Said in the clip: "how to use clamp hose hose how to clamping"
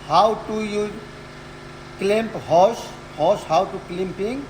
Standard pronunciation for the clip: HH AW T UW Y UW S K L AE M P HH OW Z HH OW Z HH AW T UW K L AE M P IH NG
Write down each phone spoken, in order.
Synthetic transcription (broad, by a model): HH AW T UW Y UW K L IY M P HH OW S HH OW S HH AW T UW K L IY M P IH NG